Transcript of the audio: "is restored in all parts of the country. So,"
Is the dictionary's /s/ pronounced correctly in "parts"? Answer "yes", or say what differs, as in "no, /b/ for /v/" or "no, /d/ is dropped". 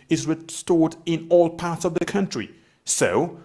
yes